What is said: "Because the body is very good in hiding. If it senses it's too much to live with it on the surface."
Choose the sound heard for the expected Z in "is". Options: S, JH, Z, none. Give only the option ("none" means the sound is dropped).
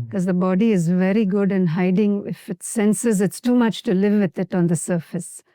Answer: Z